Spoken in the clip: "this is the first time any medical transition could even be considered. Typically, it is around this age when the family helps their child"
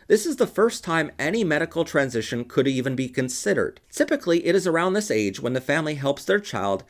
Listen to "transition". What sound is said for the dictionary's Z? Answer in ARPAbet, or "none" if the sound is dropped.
Z